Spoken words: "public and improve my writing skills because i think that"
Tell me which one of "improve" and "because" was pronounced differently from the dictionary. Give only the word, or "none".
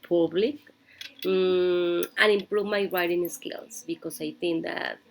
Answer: because